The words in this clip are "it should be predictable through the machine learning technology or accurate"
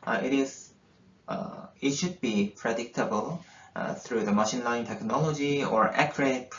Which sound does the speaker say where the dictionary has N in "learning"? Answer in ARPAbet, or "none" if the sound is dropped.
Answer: none